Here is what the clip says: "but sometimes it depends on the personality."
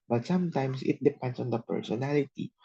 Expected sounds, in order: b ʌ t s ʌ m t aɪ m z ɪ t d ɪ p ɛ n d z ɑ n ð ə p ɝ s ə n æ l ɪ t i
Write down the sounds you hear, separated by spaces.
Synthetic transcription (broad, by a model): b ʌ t s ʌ m t aɪ m s ɪ t d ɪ p ɛ n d s ɑ n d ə p ɝ s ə n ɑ l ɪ t i